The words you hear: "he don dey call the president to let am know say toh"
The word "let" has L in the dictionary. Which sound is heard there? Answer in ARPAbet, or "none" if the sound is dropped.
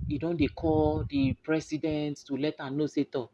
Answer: L